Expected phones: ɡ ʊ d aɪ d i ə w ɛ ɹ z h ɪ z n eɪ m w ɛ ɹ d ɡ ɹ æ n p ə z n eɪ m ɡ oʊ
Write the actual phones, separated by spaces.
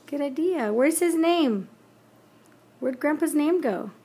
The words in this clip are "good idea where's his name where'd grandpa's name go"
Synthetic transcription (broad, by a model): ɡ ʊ d aɪ d i ə w ɛ ɹ z h ɪ z n eɪ m w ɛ ɹ d ɡ ɹ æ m p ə z n eɪ m ɡ oʊ